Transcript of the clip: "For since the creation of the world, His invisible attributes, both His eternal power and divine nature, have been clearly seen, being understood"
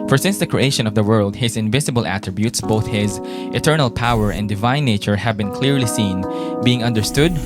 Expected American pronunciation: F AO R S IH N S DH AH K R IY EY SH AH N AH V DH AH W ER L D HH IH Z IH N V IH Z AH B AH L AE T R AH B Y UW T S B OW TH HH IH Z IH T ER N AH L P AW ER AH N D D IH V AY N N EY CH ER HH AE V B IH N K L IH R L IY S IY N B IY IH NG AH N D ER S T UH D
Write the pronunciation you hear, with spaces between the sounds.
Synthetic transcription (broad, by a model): F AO R S IH N S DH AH K R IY EY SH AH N AH V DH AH W ER L D HH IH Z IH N V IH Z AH B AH L AE T R AH B Y UW T S B OW TH HH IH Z IH T ER N AH L P AW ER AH N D D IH V AY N N EY CH ER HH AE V B IH N K L IH R L IY S IY N B IY IH NG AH N D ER S T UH D